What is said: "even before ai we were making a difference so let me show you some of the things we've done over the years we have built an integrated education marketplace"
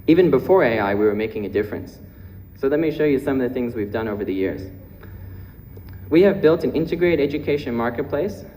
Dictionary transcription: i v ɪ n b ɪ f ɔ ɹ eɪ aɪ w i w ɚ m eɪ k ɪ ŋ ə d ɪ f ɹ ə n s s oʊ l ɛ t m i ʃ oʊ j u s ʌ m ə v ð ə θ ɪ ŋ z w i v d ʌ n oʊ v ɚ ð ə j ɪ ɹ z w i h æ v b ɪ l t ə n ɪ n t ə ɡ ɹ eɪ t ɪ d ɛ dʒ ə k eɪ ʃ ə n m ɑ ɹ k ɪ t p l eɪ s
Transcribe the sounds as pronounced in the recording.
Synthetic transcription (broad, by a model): i v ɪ n b ɪ f ɔ ɹ eɪ aɪ w i w ɚ m eɪ k ɪ ŋ ə d ɪ f ɹ ə n s s oʊ l ɛ t m i ʃ oʊ j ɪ s ʌ m ə v ð ə θ ɪ ŋ z w i v d ʌ n oʊ v ɚ ð ə j ɪ ɹ z w i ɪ v b ɪ l t ə n ɪ n t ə ɡ ɹ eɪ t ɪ d ɛ dʒ ə k eɪ ʃ ə n m ɑ ɹ k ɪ t p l eɪ s